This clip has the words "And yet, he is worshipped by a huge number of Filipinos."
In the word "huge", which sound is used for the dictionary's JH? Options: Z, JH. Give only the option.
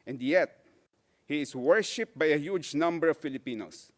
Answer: JH